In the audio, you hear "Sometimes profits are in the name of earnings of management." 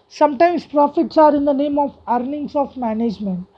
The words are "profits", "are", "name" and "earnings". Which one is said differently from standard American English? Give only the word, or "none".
earnings